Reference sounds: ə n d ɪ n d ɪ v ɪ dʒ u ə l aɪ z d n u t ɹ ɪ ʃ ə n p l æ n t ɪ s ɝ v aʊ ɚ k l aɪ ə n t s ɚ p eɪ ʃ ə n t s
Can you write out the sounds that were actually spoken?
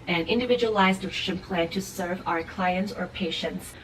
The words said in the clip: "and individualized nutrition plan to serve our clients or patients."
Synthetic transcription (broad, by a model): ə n ɪ n d ɪ v ɪ dʒ u ə l aɪ z d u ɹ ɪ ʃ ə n p l æ n t ɪ s ɝ v aʊ ɚ k l aɪ ə n t s ɚ p eɪ ʃ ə n t s